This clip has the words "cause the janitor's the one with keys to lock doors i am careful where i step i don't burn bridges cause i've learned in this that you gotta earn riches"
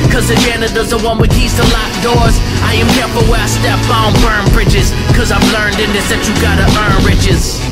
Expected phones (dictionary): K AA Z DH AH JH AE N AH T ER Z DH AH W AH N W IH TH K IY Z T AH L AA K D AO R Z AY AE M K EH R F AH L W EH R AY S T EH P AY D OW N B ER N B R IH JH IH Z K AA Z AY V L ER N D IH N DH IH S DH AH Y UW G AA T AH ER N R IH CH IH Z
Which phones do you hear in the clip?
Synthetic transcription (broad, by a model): K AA Z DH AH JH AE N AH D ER Z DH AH W AH N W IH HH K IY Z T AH L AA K D AO R Z AY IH M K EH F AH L W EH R AY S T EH B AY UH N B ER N B R IH JH IH Z K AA Z AY V L ER N D IH N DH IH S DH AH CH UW G AA T AH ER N R IH CH IH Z